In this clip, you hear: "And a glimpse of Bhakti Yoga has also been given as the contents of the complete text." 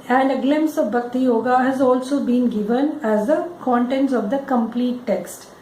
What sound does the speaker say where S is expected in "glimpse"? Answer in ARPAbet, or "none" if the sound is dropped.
S